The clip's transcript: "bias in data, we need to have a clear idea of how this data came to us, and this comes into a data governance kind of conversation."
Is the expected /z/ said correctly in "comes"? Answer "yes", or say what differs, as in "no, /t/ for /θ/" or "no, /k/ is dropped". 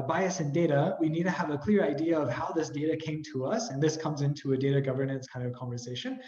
yes